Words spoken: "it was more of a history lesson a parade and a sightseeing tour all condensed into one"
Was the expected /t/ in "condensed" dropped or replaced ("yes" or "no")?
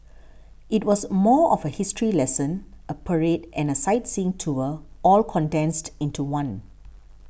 no